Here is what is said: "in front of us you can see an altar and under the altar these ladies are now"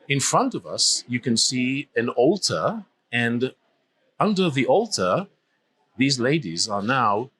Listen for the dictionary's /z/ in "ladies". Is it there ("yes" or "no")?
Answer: yes